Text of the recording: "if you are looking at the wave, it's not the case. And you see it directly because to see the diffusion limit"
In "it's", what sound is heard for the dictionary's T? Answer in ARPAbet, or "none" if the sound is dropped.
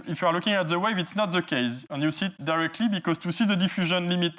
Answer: T